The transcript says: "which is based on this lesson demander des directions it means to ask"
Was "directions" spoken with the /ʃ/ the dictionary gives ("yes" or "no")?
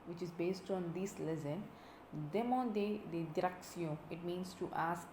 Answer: no